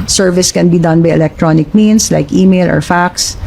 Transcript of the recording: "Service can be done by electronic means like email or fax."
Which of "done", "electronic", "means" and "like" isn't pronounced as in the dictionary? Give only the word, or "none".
means